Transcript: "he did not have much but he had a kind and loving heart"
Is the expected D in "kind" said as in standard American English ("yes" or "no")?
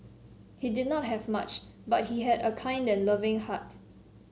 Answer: yes